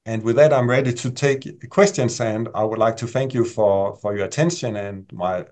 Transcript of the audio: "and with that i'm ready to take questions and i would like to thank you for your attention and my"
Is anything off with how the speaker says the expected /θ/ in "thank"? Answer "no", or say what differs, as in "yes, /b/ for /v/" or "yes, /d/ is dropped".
no